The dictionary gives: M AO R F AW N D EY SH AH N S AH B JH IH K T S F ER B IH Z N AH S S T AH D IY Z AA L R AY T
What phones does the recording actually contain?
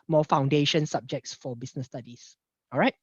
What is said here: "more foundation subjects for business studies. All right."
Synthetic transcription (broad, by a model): M AO F AW N D EY SH AH N S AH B JH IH K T S F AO B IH S N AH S S T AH D IY S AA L R AY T